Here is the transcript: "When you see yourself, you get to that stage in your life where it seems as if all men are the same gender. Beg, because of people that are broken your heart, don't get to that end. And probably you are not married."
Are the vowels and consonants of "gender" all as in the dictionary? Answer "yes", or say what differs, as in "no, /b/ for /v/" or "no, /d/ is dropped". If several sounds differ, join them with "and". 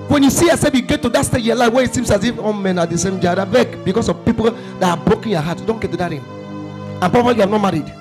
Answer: no, /n/ is dropped